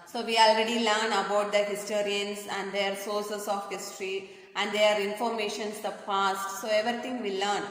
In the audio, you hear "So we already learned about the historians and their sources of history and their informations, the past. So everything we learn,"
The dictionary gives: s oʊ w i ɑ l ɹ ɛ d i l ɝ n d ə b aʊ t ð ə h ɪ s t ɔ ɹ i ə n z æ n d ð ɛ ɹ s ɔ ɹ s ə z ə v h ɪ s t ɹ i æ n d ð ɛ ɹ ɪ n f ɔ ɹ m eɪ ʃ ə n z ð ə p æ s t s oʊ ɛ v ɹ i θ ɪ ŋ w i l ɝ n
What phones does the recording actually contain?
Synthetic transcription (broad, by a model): s oʊ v i ɑ l ɹ ɛ d i l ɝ n ə b aʊ t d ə h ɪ s t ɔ ɹ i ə n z æ n d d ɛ ɹ s ɔ ɹ s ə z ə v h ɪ s t ɹ i æ n d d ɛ ɹ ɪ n f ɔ ɹ m eɪ ʃ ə n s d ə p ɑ s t s oʊ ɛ v ɹ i t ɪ ŋ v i l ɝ n